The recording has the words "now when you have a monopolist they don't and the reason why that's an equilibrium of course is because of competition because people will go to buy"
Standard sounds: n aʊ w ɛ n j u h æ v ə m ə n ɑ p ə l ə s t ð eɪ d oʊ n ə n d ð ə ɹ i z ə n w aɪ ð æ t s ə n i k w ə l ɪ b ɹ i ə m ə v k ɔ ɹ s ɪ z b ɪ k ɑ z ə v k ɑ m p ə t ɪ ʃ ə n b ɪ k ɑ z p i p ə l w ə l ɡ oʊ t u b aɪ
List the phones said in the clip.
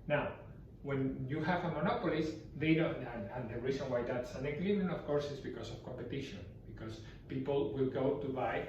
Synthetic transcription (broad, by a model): n aʊ w ɛ n j u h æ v ə m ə n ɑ p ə l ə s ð eɪ d oʊ n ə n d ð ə ɹ i s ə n w aɪ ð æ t s ə n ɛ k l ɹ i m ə f k ɔ ɹ s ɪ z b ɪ k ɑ s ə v k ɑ m p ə t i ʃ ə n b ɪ k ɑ s p i p ə l w ə l ɡ oʊ t u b aɪ